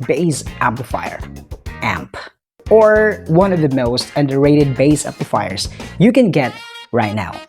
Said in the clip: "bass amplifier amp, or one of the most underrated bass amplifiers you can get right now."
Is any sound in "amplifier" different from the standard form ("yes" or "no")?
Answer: yes